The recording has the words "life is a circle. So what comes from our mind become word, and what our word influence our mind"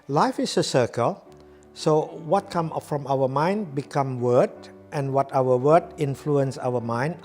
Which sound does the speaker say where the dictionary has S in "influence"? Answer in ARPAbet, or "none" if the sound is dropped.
S